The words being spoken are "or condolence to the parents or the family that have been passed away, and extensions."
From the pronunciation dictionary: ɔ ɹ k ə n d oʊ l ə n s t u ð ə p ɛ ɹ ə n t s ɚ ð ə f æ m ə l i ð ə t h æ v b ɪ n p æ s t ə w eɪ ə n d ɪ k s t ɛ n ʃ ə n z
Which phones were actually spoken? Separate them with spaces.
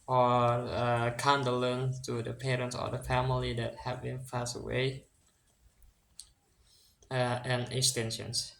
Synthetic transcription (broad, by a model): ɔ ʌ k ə n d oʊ l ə n t u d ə p ɛ ɹ ə n t s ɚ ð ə f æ m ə l i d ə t h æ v b ɪ n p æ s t ə w eɪ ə n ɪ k s t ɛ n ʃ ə n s